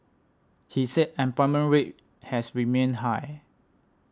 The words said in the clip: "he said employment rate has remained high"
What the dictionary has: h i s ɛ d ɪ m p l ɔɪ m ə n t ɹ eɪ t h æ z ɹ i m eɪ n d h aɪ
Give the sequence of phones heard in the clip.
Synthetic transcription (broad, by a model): h i s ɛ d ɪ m p ɔɪ m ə n ɹ eɪ t h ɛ s ɹ i m eɪ n h aɪ